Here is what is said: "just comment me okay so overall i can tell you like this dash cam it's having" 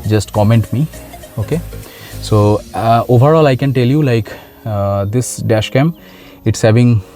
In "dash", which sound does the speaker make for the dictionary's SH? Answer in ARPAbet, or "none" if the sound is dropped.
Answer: SH